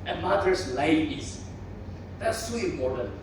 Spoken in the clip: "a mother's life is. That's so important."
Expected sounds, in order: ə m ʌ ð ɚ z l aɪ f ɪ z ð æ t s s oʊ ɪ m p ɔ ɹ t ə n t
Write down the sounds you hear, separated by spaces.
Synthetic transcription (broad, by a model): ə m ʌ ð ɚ s l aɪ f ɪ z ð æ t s s oʊ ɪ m p ɔ ɹ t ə n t